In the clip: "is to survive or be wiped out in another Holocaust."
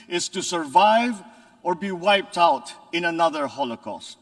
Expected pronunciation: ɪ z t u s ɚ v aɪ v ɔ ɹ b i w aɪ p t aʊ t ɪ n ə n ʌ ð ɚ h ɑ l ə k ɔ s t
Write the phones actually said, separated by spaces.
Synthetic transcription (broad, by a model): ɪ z t u s ɚ v aɪ v ɔ ɹ b i w aɪ p t aʊ t ɪ n ə n ʌ ð ɚ h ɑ l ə k ɔ s t